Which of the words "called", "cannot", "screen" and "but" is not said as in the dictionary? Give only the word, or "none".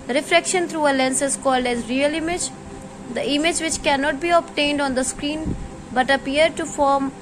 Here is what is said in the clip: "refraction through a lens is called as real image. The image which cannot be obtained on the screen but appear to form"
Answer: none